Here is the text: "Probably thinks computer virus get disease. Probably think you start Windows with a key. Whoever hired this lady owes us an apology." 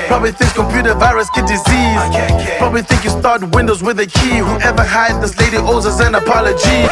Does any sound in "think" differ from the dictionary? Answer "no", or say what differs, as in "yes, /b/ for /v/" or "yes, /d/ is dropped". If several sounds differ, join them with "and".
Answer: no